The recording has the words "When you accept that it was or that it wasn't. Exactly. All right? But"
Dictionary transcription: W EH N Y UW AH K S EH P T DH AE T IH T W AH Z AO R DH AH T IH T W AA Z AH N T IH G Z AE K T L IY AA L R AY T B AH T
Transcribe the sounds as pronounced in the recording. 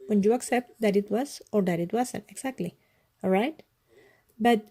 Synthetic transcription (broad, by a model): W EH N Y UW AH K S EH P T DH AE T IH T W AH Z AO R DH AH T IH T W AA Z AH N IH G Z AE K T L IY AA L R AY T B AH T